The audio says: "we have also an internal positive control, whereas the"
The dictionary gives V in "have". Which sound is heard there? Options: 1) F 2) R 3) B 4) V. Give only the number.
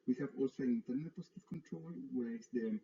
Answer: 4